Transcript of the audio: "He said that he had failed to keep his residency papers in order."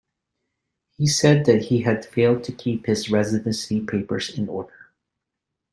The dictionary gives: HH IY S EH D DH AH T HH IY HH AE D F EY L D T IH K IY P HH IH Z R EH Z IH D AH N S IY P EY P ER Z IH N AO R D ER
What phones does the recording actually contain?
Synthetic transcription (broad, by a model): HH IY S EH D DH AH T HH IY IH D F EY L D T IH K IY P HH IH Z R EH Z IH D AH N S IY P EY P ER Z IH N AO R D ER